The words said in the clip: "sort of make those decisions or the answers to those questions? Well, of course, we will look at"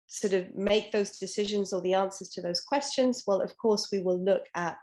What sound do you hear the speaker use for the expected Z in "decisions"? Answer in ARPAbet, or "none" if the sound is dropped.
Z